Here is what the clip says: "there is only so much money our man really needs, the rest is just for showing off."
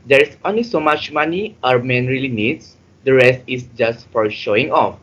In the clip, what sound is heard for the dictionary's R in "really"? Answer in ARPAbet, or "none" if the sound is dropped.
R